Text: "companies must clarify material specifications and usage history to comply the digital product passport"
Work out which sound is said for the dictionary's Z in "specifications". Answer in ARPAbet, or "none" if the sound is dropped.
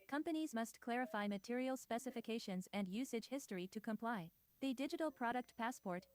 Z